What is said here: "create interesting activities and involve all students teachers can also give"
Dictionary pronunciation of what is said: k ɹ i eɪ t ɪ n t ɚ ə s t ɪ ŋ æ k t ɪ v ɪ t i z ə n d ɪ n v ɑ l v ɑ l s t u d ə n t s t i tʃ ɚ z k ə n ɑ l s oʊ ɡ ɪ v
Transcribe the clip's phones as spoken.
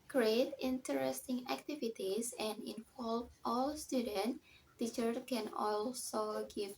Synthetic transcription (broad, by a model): k ɹ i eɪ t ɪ n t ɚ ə s t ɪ ŋ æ k t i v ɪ t i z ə n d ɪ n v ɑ l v ɑ l s t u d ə n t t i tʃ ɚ k ə n ɑ l s oʊ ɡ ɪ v